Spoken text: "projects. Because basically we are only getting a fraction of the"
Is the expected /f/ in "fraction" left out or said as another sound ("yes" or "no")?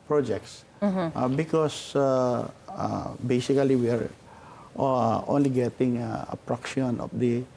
yes